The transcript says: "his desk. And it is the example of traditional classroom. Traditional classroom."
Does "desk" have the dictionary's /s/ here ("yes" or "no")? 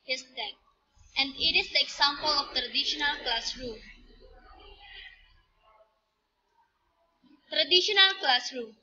no